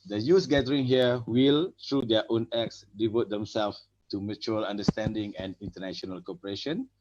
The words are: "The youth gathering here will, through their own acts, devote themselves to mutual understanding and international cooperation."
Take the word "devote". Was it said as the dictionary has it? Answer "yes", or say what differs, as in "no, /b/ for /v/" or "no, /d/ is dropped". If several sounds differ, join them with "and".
yes